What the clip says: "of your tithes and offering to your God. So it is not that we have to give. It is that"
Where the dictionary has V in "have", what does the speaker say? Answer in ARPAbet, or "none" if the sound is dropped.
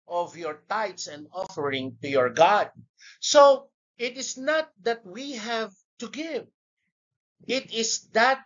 V